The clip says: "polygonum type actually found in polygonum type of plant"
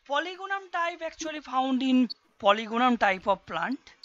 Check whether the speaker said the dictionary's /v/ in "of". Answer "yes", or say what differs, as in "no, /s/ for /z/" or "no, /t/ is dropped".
no, /b/ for /v/